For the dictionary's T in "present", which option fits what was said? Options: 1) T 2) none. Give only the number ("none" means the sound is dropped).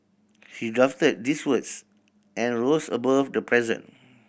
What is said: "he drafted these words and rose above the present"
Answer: 2